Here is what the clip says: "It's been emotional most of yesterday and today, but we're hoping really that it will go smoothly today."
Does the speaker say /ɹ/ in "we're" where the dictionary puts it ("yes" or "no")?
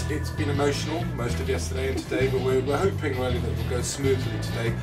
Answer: no